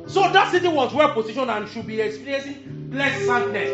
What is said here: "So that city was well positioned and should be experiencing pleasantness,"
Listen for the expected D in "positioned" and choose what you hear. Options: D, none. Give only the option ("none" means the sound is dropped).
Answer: none